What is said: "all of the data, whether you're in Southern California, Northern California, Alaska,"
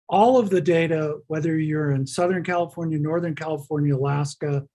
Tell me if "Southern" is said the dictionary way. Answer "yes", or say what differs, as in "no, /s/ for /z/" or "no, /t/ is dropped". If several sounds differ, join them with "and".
yes